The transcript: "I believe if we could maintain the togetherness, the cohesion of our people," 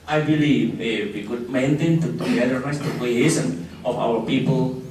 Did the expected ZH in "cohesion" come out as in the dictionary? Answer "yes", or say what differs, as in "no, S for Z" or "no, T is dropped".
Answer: no, S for ZH